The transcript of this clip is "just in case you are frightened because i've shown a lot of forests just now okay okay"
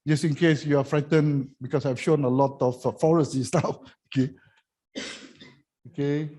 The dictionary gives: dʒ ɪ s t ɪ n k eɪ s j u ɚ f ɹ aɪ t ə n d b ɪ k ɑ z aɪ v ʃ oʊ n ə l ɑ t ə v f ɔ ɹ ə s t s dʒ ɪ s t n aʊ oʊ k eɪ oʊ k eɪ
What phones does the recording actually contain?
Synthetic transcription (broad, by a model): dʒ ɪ s ɪ n k eɪ s j u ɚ f ɹ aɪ t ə n b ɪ k ɑ s aɪ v ʃ oʊ n ə l ɑ t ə f f ɔ ɹ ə s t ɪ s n aʊ oʊ k eɪ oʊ k eɪ